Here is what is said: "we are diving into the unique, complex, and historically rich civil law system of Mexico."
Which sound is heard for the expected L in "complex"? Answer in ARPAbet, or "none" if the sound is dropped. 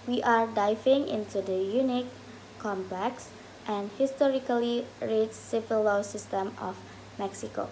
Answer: none